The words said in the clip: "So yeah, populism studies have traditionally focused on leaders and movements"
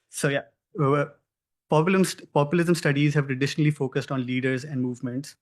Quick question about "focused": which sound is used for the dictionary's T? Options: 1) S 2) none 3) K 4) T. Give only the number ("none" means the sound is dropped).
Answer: 4